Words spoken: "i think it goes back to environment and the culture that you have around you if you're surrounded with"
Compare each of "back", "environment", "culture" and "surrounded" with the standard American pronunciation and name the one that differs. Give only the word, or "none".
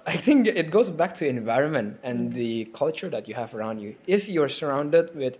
none